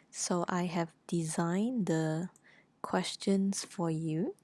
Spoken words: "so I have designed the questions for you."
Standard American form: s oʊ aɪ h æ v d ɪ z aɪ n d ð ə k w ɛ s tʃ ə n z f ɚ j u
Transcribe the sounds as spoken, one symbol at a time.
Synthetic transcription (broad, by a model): s oʊ aɪ h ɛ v d ɪ z aɪ n d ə k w ɛ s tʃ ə n s f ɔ j u